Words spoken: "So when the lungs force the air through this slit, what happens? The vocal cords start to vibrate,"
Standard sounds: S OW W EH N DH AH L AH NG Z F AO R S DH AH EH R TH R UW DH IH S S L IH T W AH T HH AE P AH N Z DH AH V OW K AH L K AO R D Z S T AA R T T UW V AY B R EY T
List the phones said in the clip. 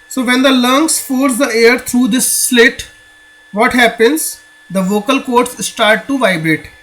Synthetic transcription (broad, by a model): S OW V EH N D AH L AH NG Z F AO R S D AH EH R T R UW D IH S S L IH T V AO T HH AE P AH N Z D AH V OW K AH L K AO R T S S T AA R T T UW V AY B R EY T